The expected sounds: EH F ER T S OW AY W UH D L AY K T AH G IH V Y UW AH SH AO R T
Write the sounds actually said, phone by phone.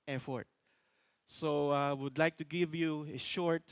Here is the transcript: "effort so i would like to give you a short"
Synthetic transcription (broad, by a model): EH F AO T S OW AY W UH D L AY K T AH G IH V Y UW AH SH AO R T